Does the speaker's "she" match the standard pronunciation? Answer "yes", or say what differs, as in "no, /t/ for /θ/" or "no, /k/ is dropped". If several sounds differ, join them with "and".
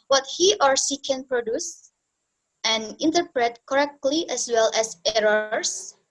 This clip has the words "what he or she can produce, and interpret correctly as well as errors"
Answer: no, /s/ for /ʃ/